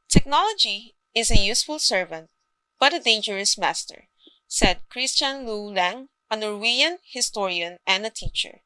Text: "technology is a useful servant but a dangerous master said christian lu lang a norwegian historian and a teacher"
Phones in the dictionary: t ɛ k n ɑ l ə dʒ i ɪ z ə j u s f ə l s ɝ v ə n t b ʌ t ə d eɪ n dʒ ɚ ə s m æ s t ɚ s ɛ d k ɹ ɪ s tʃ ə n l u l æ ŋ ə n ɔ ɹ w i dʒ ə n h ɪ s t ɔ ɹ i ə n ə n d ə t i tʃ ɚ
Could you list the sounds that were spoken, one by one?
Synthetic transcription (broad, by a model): t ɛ k n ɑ l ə dʒ i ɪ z ə j u s f ə l s ɝ v ə n t b ʌ t ə d eɪ n dʒ ɚ ə s m æ s t ɚ s ɛ d k ɹ ɪ s tʃ ə n l u l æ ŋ ə n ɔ ɹ w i ə n h ɪ s t ɔ ɹ i ə n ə n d ə t i tʃ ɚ